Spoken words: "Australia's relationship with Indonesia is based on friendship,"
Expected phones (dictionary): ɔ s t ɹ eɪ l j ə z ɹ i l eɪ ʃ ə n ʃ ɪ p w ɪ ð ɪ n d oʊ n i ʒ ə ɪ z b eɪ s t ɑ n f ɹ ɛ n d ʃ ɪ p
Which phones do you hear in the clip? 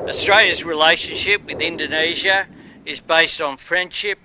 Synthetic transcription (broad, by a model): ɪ s t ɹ eɪ l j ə z ɹ i l eɪ ʃ ə n ʃ ɪ p w ɪ ð ɪ n d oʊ n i ʒ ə ɪ z b eɪ s t n f ɹ ɛ n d ʃ ɪ p